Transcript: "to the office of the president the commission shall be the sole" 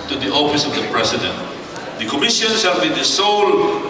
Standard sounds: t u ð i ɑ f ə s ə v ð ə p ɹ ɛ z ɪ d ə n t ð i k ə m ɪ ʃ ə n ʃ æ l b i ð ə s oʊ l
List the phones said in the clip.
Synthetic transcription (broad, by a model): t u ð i ɑ f ə s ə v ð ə p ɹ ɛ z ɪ d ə n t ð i k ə m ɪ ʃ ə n s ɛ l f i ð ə s oʊ l